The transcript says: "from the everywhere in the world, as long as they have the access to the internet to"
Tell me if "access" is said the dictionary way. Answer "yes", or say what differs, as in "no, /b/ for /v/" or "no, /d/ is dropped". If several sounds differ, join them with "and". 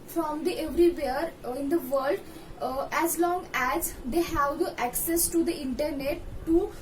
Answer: yes